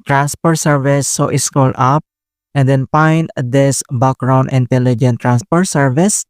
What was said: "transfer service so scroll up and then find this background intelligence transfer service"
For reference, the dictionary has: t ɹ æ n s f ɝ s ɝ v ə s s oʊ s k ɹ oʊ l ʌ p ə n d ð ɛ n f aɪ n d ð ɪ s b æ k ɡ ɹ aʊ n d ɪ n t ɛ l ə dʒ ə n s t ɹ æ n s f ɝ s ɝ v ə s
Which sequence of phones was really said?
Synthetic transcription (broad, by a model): t ɹ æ n s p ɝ s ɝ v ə s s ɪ s k oʊ l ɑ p ə n d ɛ n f aɪ n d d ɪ s b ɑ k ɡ ɹ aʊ n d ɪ n t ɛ l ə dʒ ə n t ɹ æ n s p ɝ s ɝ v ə s